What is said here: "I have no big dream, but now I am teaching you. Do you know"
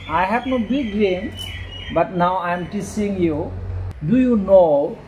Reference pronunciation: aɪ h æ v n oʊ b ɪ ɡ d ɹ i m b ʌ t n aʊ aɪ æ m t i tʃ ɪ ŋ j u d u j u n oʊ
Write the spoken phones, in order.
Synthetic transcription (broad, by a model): aɪ h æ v n oʊ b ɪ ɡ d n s b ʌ t n aʊ aɪ m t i s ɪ ŋ j u d u j u n oʊ